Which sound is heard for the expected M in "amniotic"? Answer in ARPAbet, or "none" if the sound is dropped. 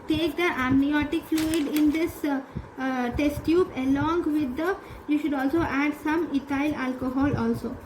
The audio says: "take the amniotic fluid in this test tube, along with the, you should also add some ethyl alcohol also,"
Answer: M